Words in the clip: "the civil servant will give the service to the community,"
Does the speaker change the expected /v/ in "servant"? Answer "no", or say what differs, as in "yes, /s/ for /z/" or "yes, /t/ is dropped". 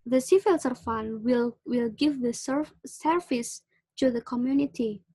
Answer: yes, /f/ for /v/